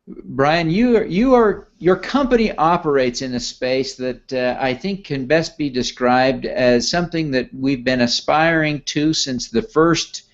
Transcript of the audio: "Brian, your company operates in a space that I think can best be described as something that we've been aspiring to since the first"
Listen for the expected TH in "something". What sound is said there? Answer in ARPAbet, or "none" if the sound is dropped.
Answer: TH